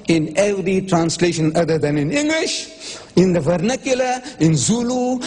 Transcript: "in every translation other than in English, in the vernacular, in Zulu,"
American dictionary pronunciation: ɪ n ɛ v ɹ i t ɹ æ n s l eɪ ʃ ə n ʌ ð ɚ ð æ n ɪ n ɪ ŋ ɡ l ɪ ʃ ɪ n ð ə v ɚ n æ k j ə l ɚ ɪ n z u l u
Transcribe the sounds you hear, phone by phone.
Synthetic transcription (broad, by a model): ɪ n ɛ v ɹ i t ɹ æ n s l eɪ ʃ ə n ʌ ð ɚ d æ n ɪ n ɪ ŋ ɡ l ɪ ʃ ɪ n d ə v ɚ n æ k j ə l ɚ ɪ n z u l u